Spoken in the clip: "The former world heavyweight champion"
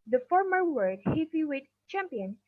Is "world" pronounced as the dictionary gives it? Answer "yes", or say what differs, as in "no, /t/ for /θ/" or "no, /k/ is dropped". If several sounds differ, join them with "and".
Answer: no, /l/ is dropped